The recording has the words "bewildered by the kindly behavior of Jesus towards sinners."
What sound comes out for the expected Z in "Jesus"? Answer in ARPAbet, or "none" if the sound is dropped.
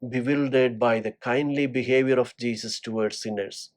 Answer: S